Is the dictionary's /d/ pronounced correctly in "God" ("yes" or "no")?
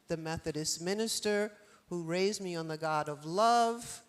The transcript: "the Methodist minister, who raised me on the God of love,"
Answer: yes